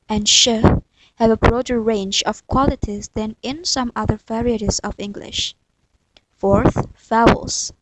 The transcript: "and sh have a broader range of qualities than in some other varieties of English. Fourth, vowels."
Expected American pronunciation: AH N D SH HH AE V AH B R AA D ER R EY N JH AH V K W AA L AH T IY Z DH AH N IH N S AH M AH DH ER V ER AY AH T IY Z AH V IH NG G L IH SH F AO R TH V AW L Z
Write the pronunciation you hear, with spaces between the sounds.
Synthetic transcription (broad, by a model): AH N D SH HH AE V AH B R AA D ER R EY N JH AH V K W AA L AH T IY Z DH AH N IH N S AH M AH DH ER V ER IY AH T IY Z AH V IH NG G L IH SH F AO R TH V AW L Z